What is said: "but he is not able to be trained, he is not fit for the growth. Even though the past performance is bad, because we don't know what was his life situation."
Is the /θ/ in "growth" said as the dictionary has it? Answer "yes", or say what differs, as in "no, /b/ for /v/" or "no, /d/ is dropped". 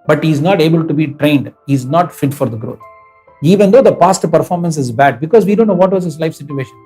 no, /t/ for /θ/